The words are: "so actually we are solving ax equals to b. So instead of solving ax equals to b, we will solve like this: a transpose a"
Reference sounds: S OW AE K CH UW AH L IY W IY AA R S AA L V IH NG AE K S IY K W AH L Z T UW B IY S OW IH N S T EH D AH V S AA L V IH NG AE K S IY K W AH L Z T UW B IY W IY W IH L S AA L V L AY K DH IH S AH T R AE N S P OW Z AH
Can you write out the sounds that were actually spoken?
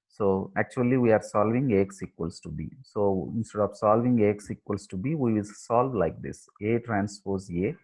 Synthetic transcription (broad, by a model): S OW AE K CH UW AH L IY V IY AA R S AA L V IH NG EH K S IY K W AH L S T UW B IY S OW IH N S T EH D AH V S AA L V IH NG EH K S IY K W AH L S T UW B IY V IY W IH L S AA L V L AY K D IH S AH T R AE N S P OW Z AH